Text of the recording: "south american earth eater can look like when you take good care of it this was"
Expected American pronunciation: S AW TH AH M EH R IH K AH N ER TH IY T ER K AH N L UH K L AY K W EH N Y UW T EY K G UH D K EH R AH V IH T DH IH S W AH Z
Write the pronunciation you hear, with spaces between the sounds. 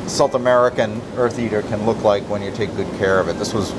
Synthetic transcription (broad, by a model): S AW TH AH M EH R IH K AH N ER TH IY T ER K AH N L UH K L AY K W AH N Y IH T EY K G UH D K EH R AH V IH T DH IH S W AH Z